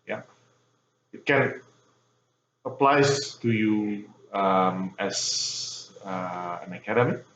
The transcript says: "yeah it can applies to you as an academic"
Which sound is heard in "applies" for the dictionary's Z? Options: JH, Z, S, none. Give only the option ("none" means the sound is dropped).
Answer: none